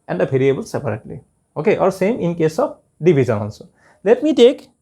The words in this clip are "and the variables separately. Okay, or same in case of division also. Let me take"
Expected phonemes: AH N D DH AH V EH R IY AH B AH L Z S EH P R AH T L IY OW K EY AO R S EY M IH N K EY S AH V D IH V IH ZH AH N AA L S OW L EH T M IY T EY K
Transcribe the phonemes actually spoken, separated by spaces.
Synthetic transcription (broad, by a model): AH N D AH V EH R IY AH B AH L S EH P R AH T L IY OW K EY AO R S EY M IH N K EY S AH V D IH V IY Z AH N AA N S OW L EH T M IY T EY K